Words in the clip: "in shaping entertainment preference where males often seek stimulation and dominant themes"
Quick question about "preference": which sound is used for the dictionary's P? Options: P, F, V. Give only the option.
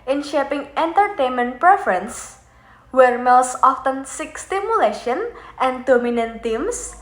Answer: P